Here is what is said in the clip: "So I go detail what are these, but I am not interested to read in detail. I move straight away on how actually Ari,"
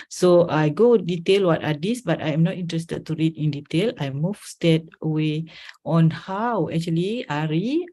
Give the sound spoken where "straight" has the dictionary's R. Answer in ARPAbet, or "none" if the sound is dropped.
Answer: none